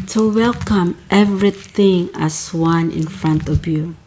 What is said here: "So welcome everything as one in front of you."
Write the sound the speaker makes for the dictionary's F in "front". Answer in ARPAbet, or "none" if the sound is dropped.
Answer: F